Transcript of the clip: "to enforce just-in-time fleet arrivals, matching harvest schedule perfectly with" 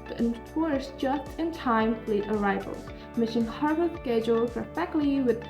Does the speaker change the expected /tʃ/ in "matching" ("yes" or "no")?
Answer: yes